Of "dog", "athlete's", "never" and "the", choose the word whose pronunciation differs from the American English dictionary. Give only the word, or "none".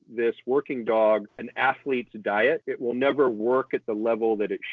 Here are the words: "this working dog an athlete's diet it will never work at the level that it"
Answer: none